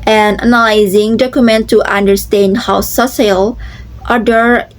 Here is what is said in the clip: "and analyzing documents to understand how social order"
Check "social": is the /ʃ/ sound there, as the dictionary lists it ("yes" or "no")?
no